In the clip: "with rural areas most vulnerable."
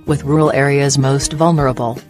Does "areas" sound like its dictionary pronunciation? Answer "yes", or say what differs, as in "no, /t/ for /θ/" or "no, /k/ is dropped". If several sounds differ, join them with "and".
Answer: yes